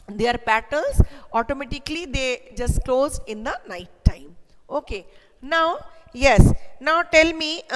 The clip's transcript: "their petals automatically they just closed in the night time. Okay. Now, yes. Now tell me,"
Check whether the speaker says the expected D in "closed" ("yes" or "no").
no